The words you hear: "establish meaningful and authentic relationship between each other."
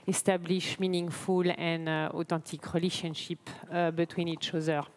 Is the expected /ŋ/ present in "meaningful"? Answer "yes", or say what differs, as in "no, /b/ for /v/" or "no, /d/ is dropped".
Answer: yes